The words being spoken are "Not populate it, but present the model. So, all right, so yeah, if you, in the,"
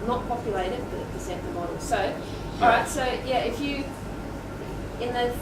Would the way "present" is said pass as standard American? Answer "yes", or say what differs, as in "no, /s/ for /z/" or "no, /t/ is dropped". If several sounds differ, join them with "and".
no, /ɹ/ is dropped and /s/ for /z/